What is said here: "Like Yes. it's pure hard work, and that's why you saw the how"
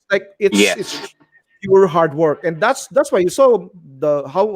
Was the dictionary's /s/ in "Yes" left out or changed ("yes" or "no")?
yes